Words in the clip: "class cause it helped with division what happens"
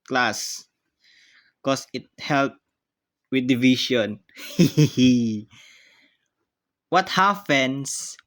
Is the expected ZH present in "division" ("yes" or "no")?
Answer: no